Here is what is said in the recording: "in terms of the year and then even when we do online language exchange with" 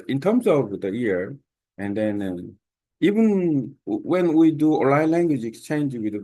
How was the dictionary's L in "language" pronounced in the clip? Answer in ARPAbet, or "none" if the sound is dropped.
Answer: L